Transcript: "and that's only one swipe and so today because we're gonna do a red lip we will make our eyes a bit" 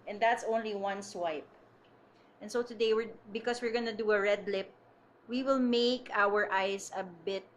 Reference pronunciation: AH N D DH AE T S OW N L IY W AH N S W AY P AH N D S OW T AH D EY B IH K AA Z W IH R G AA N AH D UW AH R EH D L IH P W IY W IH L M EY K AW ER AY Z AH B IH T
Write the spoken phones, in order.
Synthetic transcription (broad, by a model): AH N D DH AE T S OW N L IY W AH N S W AY P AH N S OW T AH D EY B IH K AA S W IH R G AA N AH D UW AH R EH D L IH P W IY W IH L M EY K AW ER AY S AH B IH T